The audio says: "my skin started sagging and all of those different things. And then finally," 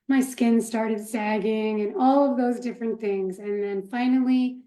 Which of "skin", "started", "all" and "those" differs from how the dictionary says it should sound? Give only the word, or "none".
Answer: none